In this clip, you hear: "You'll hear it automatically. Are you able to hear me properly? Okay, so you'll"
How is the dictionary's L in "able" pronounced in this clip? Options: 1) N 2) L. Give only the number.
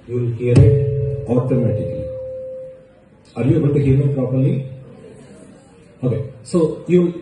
1